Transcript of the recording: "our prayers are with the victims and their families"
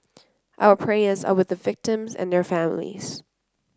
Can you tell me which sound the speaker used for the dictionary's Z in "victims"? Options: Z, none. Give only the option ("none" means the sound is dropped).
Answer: Z